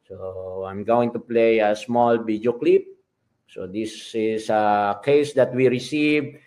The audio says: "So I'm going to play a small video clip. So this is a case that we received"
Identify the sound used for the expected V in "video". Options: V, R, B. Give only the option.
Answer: B